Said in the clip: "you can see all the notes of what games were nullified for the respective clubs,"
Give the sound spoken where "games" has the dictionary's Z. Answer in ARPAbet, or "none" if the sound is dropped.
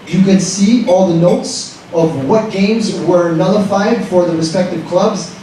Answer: Z